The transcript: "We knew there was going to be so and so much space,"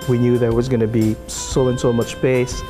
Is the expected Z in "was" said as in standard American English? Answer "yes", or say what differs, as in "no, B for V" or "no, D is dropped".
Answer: yes